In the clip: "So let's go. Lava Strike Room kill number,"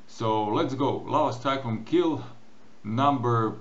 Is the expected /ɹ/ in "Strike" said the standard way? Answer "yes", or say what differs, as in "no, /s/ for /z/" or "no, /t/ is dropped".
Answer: no, /ɹ/ is dropped